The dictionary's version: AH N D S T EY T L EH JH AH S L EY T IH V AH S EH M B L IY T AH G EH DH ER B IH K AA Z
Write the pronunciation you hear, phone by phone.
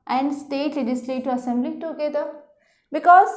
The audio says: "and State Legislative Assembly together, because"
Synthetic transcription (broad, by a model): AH N D S T EY T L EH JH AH S L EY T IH AH S EH M B L IY T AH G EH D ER B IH K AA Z